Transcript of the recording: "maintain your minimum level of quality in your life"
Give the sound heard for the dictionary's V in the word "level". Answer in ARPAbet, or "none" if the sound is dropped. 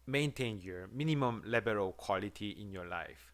B